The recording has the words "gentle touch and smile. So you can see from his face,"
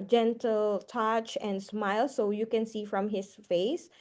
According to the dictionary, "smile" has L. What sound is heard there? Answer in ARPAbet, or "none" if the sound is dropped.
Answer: L